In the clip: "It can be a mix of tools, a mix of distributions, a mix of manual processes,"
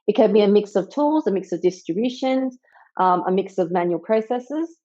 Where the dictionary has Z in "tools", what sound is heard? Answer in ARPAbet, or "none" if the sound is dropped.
Z